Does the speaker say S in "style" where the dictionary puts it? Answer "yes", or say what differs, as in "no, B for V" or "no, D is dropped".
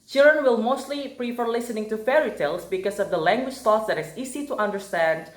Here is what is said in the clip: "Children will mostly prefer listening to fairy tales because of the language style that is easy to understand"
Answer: no, TH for S